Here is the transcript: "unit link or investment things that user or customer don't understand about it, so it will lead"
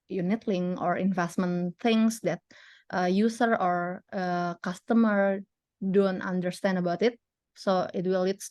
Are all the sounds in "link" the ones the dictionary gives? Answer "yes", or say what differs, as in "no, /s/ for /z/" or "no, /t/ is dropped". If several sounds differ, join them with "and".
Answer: no, /k/ is dropped